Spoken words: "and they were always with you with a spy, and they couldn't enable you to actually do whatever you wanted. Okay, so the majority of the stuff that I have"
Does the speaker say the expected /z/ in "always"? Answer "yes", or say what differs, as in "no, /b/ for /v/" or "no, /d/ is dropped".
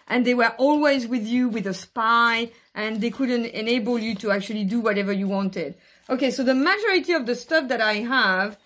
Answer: yes